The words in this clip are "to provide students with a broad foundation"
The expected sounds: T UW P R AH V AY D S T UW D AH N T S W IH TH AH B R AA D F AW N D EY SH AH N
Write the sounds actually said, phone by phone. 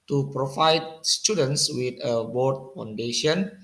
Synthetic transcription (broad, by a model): T UW P R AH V AY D S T UW D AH N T S W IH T AH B AA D F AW N D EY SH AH N